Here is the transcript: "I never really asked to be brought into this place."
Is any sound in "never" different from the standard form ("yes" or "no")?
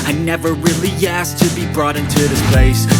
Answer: no